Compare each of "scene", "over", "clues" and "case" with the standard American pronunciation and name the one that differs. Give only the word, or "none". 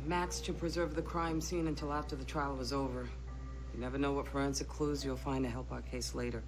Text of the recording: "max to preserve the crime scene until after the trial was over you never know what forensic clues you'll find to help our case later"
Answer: none